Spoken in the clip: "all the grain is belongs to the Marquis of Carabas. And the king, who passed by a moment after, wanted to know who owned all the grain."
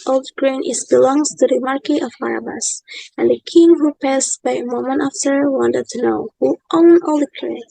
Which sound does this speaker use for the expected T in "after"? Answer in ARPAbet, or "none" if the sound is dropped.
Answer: S